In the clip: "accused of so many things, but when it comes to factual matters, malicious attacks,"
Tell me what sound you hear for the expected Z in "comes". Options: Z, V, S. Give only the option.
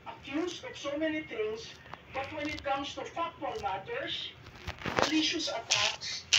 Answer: S